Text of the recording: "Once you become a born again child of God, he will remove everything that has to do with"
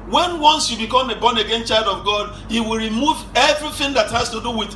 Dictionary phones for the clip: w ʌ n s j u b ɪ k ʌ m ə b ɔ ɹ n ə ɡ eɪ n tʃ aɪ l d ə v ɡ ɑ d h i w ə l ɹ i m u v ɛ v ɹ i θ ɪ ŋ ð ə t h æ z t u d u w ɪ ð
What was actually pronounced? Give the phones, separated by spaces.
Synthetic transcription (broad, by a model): w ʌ n s j u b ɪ k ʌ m ə b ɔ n ə ɡ eɪ n tʃ aɪ l d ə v ɡ ɑ d h i w ə l ɹ i m u v ɛ v ɹ i θ ɪ ŋ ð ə t h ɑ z t u d u w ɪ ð